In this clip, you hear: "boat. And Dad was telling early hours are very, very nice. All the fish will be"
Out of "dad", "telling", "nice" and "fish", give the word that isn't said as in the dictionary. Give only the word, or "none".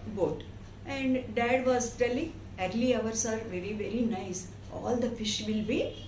none